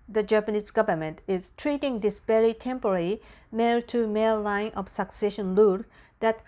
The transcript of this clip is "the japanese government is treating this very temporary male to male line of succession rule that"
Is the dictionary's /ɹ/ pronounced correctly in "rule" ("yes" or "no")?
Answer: no